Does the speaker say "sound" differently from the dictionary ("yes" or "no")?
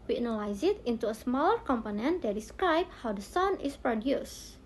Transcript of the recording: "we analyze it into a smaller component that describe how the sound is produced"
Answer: yes